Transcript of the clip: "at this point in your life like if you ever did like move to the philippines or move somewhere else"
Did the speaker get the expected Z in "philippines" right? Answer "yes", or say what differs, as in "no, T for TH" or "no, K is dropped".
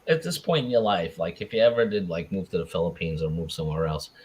yes